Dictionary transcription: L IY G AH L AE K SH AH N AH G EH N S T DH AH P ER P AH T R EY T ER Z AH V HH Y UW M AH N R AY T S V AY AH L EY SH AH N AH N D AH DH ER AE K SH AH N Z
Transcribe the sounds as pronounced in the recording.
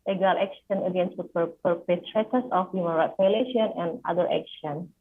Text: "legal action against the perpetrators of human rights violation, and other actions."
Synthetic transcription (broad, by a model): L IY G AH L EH K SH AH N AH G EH N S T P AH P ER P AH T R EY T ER S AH F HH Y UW M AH N R AY T S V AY L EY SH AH N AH N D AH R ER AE K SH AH N